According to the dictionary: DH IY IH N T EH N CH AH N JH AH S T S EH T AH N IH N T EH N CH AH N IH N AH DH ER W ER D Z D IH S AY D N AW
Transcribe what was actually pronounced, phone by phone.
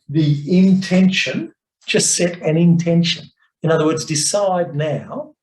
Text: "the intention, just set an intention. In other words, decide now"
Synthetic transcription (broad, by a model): DH IY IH N T EH N SH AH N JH AH S T S EH T AH N IH N T EH N SH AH N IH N AH DH ER W ER D Z D IH S AY D N AW